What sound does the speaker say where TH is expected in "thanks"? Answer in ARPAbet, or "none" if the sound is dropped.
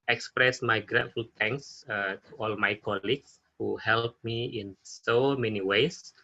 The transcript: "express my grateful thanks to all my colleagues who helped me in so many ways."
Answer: T